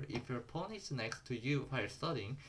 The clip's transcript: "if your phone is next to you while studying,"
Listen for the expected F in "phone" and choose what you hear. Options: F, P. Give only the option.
P